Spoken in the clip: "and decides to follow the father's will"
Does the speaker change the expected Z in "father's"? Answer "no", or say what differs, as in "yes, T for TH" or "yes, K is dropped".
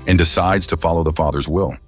no